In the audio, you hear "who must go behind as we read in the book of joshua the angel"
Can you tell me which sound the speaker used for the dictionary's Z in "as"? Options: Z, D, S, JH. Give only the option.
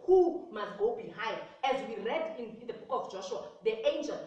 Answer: Z